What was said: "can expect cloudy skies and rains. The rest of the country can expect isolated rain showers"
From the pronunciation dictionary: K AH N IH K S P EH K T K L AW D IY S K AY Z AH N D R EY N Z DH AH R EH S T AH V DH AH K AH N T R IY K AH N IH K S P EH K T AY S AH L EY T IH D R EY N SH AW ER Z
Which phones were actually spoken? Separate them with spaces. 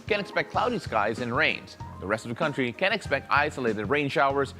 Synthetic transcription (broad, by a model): K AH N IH K S P EH K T K L AW D IY S K AY Z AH N R EY N Z DH AH R EH S T AH V DH AH K AH N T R IY K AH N IH K S P EH K T AY S AH L EY T IH D R EY N SH AW ER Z